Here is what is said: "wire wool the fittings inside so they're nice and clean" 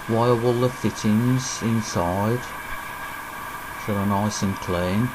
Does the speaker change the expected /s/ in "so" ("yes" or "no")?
yes